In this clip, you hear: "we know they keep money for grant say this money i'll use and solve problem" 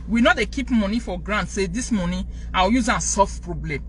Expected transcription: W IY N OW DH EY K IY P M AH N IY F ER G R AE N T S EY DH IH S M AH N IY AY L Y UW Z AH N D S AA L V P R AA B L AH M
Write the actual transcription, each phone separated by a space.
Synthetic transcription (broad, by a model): W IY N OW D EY K IY P M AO N IY F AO G R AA N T S EY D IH S M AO N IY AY W Y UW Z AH N S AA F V P R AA B L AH M